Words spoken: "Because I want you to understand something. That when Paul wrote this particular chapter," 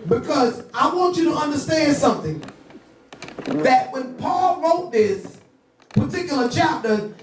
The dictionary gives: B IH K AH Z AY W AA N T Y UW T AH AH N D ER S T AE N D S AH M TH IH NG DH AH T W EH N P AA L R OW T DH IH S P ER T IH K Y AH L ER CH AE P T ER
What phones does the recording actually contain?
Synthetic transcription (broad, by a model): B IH K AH Z AY W AA N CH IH T AH AH N D ER S T AE N D S AH M TH IH NG DH AH T W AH N P AA L R OW T DH IH S P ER T IH K Y L ER CH AE P T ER